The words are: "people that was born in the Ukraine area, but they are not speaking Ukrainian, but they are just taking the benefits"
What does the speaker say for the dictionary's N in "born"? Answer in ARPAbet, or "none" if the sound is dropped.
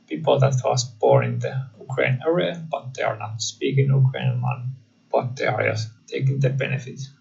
none